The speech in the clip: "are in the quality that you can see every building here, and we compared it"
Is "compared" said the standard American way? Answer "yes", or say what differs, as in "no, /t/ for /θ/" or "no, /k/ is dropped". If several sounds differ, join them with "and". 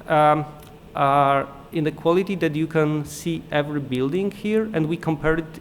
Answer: no, /d/ is dropped